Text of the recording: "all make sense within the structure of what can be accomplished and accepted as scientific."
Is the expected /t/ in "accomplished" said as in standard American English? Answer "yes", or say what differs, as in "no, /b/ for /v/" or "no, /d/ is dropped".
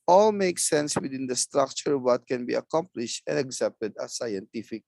yes